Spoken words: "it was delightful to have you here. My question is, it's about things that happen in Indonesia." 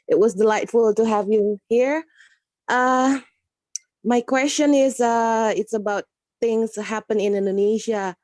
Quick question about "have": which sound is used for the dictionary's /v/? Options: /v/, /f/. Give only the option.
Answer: /v/